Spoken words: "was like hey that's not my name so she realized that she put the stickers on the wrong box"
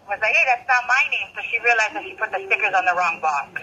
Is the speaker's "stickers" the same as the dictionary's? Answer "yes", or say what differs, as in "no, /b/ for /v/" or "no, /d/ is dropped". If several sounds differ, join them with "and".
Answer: yes